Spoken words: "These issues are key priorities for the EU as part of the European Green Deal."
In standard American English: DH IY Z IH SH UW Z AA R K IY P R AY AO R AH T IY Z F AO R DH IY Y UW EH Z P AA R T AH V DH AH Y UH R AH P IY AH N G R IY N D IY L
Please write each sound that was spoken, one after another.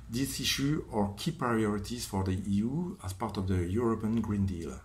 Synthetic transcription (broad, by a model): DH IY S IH SH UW AA R K IY P R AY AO R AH T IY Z F AO R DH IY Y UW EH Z P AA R T AH V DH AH Y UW R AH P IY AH N G R IY N D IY L